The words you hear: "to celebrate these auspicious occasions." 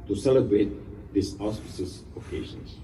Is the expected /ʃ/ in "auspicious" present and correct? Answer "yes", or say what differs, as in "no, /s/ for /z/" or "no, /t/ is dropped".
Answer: no, /s/ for /ʃ/